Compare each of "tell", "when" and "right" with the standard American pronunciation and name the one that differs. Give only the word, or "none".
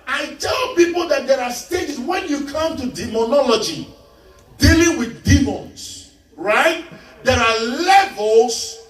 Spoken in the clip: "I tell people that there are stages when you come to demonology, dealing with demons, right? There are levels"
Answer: none